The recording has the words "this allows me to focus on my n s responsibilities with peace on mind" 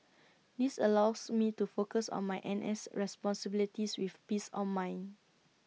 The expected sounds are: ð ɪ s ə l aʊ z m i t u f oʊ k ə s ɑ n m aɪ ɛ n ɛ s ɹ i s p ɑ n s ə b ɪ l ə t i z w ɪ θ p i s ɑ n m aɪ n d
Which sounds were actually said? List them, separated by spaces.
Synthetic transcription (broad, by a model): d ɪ s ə l aʊ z m i t u f oʊ k ə s ɑ n m aɪ ɛ n ɛ s ɹ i s p ɑ n s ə b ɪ l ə t i s w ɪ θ p i s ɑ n m aɪ n